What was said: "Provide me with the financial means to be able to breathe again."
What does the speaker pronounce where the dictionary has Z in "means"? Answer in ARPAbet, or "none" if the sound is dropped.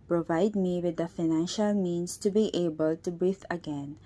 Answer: S